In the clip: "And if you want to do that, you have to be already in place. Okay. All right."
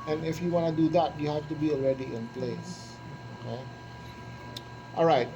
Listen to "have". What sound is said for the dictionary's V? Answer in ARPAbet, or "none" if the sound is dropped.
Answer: F